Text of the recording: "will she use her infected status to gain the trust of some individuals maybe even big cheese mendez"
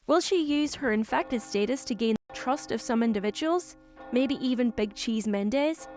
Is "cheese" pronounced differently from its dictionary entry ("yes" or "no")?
no